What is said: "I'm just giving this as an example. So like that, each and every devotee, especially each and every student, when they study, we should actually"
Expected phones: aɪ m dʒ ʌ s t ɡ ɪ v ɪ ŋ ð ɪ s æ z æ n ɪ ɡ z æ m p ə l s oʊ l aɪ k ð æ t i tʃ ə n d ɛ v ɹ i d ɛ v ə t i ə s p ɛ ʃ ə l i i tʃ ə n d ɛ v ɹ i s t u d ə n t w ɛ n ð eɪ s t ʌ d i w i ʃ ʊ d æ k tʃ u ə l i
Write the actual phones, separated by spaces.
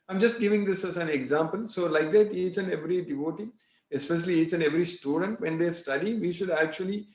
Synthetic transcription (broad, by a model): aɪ m dʒ ʌ s t ɡ ɪ v ɪ ŋ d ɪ s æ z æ n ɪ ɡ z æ m p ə l s oʊ l aɪ k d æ t i tʃ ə n ɛ v ɹ i d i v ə t i ə s p ɛ ʃ ə l i i tʃ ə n ɛ v ɹ i s t u d ə n t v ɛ n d eɪ s t ʌ d i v i ʃ ʊ d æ k tʃ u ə l i